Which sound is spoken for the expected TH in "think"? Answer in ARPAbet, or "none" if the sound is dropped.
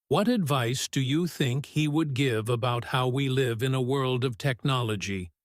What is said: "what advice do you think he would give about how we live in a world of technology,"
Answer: TH